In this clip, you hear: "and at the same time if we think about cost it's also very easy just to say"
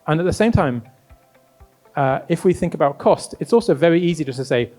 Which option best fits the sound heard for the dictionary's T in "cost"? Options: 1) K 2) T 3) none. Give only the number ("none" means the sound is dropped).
2